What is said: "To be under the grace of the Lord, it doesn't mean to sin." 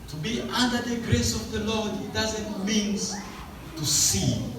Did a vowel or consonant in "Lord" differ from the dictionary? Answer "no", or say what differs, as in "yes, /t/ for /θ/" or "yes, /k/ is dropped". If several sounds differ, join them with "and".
no